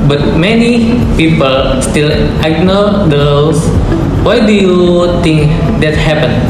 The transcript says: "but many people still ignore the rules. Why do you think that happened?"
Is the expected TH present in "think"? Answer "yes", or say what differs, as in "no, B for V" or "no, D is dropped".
no, T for TH